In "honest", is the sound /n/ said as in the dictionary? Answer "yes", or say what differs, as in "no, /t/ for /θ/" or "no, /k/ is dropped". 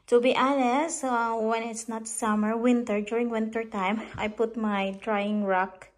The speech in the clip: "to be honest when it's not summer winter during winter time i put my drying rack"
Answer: no, /l/ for /n/